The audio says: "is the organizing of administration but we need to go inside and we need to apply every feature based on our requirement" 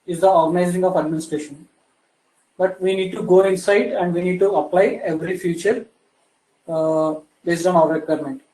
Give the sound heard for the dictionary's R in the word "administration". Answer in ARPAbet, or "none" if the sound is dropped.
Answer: R